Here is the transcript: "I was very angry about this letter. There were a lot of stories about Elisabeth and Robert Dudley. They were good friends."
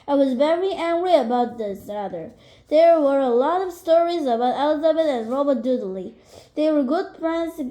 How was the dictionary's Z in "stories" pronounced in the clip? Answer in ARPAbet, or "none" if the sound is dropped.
Z